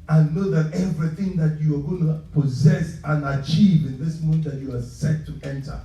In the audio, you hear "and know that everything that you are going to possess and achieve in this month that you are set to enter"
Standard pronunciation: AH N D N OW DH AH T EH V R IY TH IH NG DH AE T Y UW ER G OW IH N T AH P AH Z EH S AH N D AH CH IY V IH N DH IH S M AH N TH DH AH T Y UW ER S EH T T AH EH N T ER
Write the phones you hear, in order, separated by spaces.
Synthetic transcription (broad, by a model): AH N N OW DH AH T EH V R IY TH IH NG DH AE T Y UW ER G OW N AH P AH Z EH S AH N AH CH IY V IH N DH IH S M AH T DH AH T Y UW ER S EH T T EH N T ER